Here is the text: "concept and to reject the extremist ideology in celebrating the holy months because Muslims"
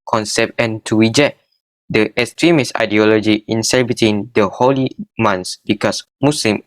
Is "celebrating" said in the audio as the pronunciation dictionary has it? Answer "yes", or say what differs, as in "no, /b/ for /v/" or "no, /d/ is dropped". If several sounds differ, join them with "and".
no, /ɹ/ is dropped